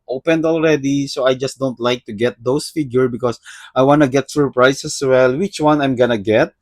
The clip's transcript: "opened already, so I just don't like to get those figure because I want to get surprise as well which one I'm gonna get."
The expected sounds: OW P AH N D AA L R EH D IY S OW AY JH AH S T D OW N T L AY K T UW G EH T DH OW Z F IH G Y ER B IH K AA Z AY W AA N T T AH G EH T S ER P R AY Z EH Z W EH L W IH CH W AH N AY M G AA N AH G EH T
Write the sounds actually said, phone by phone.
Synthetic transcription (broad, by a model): OW P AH N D AA L R EH D IY S OW AY JH AH S T D OW N T L AY K T UW G EH T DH OW S F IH G Y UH B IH K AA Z AY W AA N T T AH G EH T S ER P R AY S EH S W EH L W IH CH W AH N AY M G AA N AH G EH T